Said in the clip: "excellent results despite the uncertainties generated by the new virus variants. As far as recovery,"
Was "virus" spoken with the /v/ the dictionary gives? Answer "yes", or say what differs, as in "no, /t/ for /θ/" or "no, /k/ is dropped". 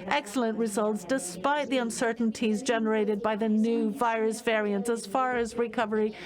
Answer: yes